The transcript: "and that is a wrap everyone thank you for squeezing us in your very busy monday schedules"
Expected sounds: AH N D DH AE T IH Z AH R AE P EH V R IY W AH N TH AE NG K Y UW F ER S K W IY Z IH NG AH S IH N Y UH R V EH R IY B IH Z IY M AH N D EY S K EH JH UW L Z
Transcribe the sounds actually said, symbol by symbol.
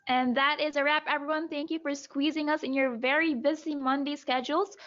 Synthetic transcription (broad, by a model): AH N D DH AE T IH Z AH R AE P EH V R IY W AH N TH AE NG K Y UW F ER S K W IY Z IH NG AH S IH N Y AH R V EH R IY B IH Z IY M AH N D EY S K EH JH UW L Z